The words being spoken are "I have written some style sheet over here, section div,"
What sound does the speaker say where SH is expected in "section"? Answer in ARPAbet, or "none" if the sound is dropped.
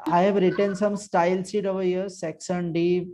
S